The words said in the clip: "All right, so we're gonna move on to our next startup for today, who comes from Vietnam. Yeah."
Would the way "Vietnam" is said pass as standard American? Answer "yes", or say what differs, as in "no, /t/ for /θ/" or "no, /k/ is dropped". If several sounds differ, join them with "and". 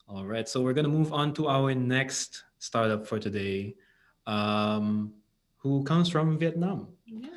yes